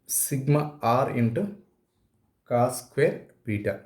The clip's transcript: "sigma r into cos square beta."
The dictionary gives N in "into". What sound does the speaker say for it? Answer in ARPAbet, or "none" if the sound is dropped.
N